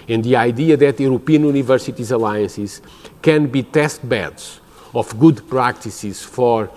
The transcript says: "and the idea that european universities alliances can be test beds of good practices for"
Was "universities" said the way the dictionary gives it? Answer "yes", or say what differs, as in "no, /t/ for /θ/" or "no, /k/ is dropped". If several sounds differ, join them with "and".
yes